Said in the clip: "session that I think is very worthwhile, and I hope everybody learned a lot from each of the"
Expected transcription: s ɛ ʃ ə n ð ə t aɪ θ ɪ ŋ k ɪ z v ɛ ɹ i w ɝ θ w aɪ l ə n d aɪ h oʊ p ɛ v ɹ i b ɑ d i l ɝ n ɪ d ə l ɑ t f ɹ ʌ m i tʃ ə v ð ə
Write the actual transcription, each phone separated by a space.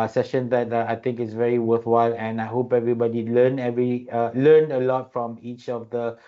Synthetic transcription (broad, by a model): s ɛ ʃ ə n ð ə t aɪ t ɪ ŋ k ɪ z v ɛ ɹ i w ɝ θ w aɪ l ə n aɪ h oʊ p ɛ v ɹ i b ɑ d i l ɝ n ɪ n ə l ɑ t f ɹ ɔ m i tʃ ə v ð ə